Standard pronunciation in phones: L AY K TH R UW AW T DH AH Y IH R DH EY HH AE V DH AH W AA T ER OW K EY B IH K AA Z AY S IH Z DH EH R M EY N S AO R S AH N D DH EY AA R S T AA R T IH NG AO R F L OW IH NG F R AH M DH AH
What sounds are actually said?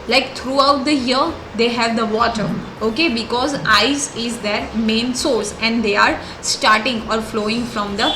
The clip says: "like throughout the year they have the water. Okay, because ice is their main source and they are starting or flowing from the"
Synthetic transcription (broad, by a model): L AY K T R UW AW T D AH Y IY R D EY HH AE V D AH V AA T ER OW K EY B IH K AA Z AY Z IH Z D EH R M EY N S AO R S AH N D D EY AA R S T AA R T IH NG AO R F L OW IH NG F R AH M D AH